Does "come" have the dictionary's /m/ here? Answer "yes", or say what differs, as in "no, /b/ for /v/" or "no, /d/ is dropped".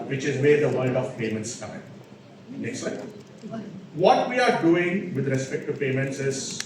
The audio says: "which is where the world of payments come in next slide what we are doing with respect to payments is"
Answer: no, /m/ is dropped